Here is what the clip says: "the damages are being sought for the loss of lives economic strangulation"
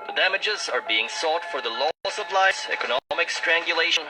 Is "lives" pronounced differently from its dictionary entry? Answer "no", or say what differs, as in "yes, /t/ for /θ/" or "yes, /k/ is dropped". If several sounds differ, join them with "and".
yes, /v/ is dropped